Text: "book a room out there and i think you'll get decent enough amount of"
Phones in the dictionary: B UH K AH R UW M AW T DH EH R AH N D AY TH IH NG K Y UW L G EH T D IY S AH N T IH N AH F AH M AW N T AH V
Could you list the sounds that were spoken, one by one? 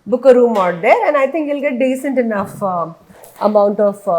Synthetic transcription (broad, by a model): B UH K AH R UW M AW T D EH R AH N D AY T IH NG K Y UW L G EH T D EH S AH N T IH N AH F AH M AW N T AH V